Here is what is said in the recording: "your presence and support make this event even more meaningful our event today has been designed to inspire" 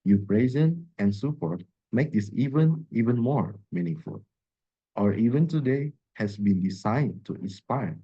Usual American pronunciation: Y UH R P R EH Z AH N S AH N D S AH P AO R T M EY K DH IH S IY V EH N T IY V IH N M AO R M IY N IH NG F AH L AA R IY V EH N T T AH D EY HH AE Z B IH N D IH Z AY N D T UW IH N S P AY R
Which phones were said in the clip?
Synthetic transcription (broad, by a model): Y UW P R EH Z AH N AH N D S AH P AO R T M EY K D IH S IY V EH N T IY V IH N M AO R M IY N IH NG F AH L AA R IY V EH N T T AH D EY HH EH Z B IH N D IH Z AY N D T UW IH N S P AY R